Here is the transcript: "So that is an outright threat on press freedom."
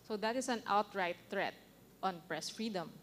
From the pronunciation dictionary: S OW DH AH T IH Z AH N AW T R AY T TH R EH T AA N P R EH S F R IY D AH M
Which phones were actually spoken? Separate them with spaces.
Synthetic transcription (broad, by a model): S OW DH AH T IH S AH N AW T R AY T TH R EH T AA N P R EH S F R IY D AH M